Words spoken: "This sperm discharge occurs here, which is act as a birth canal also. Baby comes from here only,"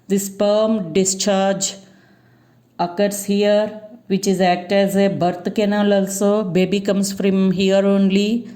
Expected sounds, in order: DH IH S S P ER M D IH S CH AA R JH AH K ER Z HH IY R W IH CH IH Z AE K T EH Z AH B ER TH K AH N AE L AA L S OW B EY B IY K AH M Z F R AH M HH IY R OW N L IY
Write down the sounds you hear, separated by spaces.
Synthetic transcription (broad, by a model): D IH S S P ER M D IH S CH AA R JH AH K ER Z HH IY R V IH CH IH Z AE K T EH Z AH B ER T K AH N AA L AA L S OW B EY B IY K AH M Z F R AH M HH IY R OW N L IY